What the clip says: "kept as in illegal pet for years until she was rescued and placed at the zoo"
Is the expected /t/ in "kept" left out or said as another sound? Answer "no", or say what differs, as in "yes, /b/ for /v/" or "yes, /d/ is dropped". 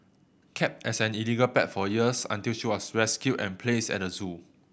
no